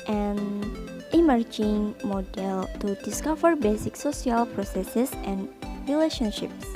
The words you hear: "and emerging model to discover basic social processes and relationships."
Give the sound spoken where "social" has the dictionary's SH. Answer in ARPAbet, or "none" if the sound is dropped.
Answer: S